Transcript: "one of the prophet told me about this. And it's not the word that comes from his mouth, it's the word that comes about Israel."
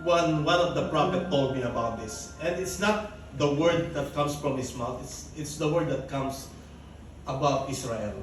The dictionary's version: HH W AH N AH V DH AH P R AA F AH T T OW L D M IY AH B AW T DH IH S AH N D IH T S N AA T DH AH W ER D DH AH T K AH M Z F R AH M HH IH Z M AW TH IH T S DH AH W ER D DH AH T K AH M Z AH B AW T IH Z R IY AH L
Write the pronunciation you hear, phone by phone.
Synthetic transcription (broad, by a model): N W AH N AH V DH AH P R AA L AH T T OW L D M IY AH B AW T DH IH S AH N D IH T S N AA T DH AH W ER D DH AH T K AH M S F R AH M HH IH S M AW S IH T S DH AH W ER D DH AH T K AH M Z AH B AW T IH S R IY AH L